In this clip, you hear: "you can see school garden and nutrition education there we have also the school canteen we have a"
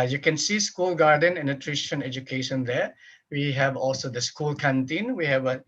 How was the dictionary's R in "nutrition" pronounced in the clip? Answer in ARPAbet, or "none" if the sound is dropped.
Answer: R